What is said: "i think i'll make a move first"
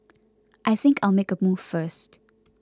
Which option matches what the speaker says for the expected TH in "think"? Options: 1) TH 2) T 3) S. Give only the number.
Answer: 1